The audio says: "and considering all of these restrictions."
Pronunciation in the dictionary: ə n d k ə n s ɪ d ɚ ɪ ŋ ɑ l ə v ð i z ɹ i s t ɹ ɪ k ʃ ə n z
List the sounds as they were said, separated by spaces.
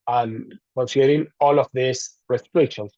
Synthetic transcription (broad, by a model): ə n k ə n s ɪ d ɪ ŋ ɑ l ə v ð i s ɹ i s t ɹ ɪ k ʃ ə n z